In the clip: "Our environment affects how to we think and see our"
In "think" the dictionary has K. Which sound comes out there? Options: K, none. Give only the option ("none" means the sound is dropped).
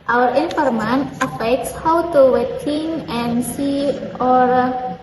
none